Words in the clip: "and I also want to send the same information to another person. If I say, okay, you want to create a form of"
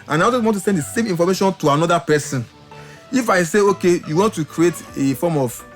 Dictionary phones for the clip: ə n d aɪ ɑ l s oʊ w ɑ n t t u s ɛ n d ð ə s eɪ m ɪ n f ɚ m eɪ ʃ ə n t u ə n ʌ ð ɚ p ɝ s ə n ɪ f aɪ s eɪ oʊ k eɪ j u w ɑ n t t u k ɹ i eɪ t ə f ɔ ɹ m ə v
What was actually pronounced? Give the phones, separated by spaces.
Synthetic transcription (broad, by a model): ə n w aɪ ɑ s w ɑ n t t u s ɛ n d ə s eɪ m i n f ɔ m eɪ ʃ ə n t u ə n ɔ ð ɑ p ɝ s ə n ɪ f aɪ s eɪ oʊ k eɪ j u w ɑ n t t u k ɹ i eɪ t ə f ɔ m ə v